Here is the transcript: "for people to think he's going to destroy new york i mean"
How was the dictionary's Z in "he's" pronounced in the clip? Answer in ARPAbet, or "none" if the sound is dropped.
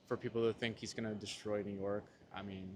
Z